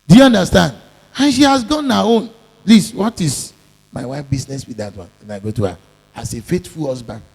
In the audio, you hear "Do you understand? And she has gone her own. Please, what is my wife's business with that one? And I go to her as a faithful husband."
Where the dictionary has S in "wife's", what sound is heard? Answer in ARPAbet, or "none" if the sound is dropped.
none